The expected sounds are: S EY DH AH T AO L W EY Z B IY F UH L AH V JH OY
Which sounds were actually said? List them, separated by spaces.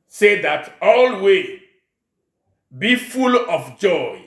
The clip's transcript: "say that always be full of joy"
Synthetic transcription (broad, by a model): S EY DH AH T AO L W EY B IY F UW L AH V JH OY